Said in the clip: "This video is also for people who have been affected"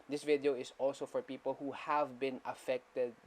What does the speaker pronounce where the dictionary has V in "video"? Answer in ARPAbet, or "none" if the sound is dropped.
V